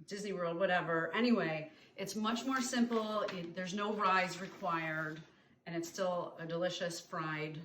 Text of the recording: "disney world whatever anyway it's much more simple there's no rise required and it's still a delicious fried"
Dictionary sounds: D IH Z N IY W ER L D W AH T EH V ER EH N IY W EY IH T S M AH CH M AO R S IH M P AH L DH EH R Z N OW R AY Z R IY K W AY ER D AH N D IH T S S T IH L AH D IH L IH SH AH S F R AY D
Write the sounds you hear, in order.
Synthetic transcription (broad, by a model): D IH Z N IY W ER L D W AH T EH V ER EH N IY W EY IH T S M AH CH M AO R S IH M P L DH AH R Z N OW R AY Z R IY K W AY ER D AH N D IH T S S T IH L AH D IH L IH SH AH S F R AY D